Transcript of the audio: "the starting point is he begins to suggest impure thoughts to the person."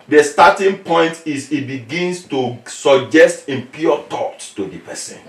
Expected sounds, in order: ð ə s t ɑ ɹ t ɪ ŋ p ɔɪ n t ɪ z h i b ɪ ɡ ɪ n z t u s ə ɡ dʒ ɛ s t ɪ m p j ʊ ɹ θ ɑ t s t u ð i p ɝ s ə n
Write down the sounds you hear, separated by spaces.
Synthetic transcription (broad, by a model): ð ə s t ɑ t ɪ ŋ p ɔɪ n t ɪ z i b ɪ ɡ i n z t u s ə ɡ dʒ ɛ s t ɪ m p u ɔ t ɑ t t u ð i p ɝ s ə n